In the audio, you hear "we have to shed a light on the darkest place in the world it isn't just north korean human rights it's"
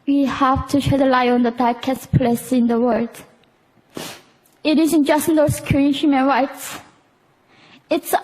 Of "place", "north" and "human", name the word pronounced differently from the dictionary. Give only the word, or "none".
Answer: north